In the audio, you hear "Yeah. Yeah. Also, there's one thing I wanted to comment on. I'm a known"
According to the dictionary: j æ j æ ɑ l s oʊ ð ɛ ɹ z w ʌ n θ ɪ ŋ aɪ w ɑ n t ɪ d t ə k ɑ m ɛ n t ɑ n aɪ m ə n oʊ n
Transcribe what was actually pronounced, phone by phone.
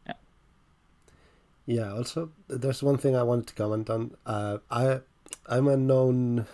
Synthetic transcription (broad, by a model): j j æ ɑ l s oʊ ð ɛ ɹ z w ʌ n θ ɪ ŋ aɪ w ɑ n t ɪ d t ə k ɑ m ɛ n t ɑ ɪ aɪ m ə n oʊ n